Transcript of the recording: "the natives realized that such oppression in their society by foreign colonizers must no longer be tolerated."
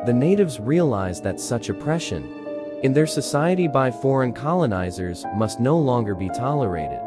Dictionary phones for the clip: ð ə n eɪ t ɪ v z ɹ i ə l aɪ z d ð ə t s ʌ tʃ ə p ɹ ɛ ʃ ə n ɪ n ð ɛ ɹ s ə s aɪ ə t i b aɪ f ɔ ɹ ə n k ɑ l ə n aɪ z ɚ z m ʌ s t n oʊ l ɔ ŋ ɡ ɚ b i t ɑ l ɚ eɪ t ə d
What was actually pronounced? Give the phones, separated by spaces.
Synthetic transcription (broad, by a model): ð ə n eɪ t ɪ v z ɹ i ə l aɪ z ð ə t s ʌ tʃ ə p ɹ ɛ ʃ ə n ɪ n ð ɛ ɹ s ə s aɪ ə t i b aɪ f ɔ ɹ ə n k ɑ l ə n aɪ z ɚ z m ʌ s t n oʊ l ɔ ŋ ɡ ɚ b i t ɑ l ɚ eɪ t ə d